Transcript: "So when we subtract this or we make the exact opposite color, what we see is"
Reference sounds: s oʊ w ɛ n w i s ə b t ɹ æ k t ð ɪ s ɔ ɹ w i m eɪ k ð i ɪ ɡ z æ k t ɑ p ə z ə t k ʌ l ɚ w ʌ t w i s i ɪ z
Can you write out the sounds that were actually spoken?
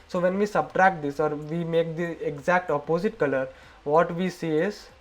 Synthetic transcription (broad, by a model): s oʊ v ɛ n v i s ə b t ɹ æ k t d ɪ s ɔ ɹ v i m eɪ k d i ɪ ɡ z æ k t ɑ p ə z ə t k ʌ l ɚ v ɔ t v i s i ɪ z